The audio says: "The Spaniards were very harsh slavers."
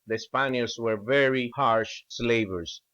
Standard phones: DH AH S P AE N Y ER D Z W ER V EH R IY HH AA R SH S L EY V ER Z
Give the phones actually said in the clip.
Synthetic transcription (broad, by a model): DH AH S P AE N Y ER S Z W ER V EH R IY HH AA R SH S L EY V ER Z